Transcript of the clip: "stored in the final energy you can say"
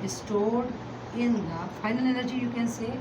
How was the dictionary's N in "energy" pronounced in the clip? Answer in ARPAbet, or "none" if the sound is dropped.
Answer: L